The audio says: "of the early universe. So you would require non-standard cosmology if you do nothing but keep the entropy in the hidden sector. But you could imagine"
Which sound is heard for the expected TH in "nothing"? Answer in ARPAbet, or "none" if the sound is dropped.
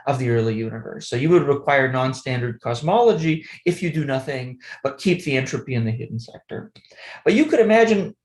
TH